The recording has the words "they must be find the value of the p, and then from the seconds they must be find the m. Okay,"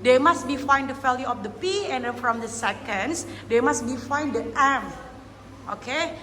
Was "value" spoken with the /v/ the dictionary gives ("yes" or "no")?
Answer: no